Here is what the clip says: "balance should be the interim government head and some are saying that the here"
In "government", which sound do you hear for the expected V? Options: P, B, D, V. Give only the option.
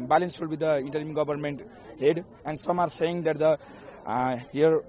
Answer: B